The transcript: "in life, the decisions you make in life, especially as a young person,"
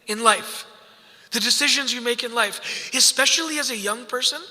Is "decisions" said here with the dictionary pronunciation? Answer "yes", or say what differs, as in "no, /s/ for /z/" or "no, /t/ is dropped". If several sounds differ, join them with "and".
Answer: yes